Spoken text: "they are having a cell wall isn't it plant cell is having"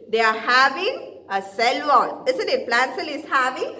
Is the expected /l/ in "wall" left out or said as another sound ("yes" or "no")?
yes